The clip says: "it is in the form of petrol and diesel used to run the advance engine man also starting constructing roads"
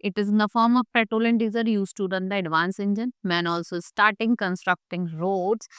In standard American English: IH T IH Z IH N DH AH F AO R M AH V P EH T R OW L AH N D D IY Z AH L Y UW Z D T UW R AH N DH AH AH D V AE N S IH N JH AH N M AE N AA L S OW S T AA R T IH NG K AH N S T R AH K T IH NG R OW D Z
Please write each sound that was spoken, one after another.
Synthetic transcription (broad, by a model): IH T IH Z IH N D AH F AO R M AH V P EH T OW L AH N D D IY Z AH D Y UW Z T UW R AH N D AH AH D V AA N S IH N JH AH N M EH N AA L S OW S T AA R T IH NG K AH N S T R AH K T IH NG R OW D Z